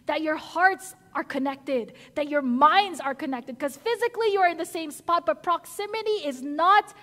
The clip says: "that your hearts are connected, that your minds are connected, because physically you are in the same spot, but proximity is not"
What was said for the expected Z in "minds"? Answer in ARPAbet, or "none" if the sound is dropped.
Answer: Z